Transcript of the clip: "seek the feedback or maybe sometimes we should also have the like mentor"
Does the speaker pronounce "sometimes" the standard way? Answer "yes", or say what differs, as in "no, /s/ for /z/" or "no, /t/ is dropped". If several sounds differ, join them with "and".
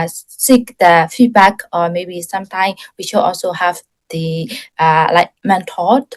no, /z/ is dropped